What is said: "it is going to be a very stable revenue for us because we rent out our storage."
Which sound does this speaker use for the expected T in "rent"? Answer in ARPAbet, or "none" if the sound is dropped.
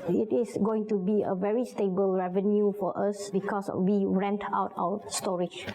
T